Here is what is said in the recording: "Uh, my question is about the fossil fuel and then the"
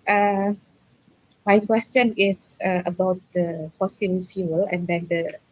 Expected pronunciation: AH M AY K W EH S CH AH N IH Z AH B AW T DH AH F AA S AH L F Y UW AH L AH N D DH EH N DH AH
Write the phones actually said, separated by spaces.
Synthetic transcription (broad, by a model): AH M AY K W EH S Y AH N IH S AH B AW T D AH F AA S AH L F Y UW AH L AH N D EH N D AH